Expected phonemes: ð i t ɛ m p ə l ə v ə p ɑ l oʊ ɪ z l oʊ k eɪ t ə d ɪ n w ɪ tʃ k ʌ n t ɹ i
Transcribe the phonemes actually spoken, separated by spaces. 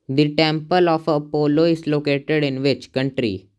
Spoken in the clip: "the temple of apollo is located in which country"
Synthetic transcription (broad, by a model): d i t ɛ m p ə l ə f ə p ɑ l oʊ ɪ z l oʊ k eɪ t ə d ɪ n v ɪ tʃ k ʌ n t ɹ i